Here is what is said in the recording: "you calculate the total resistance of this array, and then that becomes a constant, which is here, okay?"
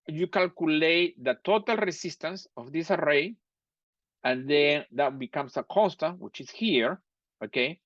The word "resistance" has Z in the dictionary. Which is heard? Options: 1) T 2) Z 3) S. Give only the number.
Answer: 3